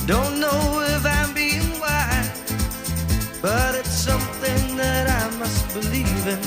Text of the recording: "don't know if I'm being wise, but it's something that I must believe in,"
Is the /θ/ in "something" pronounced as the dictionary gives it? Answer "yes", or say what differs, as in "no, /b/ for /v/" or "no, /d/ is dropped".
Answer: yes